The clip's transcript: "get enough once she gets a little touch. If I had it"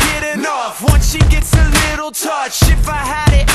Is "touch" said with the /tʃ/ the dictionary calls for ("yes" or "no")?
yes